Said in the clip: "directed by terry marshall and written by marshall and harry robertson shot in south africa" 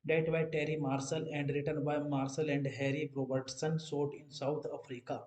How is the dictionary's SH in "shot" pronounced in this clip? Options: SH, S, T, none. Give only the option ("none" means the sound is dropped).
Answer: S